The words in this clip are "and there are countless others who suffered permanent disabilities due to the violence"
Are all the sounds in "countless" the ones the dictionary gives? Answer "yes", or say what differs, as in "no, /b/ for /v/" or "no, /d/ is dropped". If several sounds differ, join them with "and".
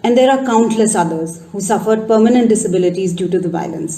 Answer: yes